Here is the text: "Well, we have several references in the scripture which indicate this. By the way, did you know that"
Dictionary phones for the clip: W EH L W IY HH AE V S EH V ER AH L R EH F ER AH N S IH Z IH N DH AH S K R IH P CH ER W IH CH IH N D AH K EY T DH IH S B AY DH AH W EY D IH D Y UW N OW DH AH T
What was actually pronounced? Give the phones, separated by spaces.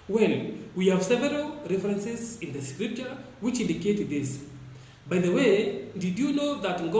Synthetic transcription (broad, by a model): W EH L W IY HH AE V S EH V ER AH L R EH F ER AH N S IH Z IH N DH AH S K R IH P CH ER W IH CH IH N D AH K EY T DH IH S B AY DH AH W EY D IH D Y UW N OW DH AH T